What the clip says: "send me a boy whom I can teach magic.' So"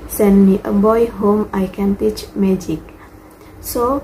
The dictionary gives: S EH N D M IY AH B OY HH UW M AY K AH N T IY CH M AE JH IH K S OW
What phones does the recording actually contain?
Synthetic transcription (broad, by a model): S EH N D M IY AH B OY HH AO M AY K AH N T IY CH M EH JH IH K S OW